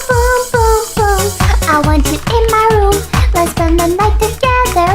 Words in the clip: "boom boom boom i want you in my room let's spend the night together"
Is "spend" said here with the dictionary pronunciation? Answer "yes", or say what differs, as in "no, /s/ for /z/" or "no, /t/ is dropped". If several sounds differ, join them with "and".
no, /p/ is dropped